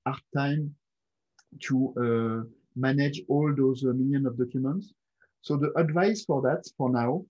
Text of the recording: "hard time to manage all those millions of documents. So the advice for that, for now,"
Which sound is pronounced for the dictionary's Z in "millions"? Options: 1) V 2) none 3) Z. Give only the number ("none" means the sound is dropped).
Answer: 2